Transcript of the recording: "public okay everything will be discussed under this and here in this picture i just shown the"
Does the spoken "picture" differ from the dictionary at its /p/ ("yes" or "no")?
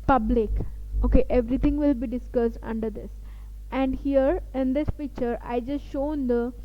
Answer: yes